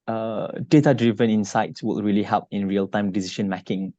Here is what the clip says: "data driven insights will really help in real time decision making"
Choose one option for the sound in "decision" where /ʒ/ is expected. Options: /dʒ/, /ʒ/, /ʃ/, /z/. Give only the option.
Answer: /ʃ/